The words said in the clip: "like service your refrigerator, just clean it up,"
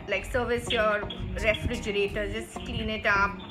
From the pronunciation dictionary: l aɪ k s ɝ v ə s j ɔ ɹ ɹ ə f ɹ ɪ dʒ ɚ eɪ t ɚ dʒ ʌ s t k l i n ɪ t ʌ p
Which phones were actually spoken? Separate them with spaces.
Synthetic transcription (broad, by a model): l aɪ k s ɝ v ə s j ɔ ɹ ɹ ə f ɹ ɪ dʒ ɚ eɪ t ɚ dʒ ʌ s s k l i n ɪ t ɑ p